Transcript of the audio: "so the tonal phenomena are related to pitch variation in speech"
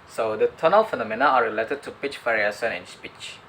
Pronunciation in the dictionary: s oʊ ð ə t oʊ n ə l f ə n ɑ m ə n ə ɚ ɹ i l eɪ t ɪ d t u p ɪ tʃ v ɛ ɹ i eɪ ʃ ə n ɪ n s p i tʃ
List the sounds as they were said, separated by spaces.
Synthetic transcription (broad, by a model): s oʊ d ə t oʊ n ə l f ə n ɑ m ə n ə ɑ ɹ i l eɪ t ɪ d t u p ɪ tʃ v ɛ ɹ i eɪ s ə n ɪ n s p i tʃ